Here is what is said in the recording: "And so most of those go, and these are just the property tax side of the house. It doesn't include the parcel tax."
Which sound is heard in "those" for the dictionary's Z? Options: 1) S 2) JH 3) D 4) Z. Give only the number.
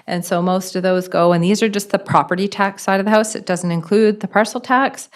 4